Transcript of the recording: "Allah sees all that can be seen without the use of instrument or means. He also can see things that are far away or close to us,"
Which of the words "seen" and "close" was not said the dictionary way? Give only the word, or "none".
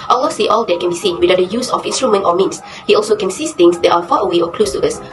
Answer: none